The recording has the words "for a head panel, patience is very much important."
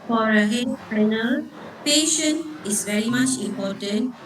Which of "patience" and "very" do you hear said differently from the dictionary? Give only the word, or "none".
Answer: patience